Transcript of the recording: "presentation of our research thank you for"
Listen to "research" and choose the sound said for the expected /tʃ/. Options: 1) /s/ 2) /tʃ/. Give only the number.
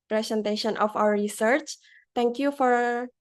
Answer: 2